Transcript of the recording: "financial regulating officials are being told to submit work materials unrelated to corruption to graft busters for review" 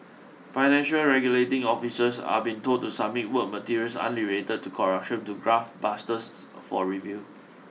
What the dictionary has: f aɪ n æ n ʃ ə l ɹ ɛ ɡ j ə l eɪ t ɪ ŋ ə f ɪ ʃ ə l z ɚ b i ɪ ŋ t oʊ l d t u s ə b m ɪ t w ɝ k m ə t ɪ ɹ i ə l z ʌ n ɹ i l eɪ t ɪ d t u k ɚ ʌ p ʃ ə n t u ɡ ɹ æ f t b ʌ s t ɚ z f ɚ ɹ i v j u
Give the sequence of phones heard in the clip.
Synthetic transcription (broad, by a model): f aɪ n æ n ʃ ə l ɹ ɛ ɡ j ə l eɪ t ɪ ŋ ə f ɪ s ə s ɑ b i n t oʊ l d t u s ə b m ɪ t w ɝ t m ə t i ɹ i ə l s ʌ n l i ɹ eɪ t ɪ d t u k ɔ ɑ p ʃ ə n t u ɡ ɹ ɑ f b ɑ s t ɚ s f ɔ ɹ i v j u